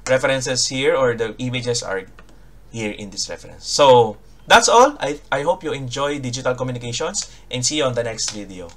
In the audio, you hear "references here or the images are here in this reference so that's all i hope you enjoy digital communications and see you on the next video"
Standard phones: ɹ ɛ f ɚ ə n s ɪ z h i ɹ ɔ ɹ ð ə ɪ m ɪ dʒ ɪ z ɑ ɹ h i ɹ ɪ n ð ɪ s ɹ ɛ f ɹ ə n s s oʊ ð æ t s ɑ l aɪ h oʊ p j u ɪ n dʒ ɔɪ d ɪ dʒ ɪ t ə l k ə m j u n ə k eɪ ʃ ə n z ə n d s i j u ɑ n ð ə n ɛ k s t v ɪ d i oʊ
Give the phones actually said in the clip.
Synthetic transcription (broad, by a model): ɹ ɛ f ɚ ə n s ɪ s h i ɹ ɔ ɹ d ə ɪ m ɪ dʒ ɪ s ɑ ɹ h i ɹ ɪ n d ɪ s ɹ ɛ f ɹ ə n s s oʊ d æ t s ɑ l aɪ h oʊ p j u ɪ n dʒ ɔɪ d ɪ dʒ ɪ t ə l k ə m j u n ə k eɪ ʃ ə n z ə n d s i ɑ n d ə n ɛ k s t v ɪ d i oʊ